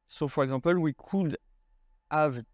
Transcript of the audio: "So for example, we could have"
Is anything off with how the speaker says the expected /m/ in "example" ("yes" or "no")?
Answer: yes